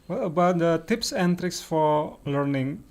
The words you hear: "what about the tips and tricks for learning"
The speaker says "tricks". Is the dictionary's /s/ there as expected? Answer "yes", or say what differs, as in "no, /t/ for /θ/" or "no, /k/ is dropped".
yes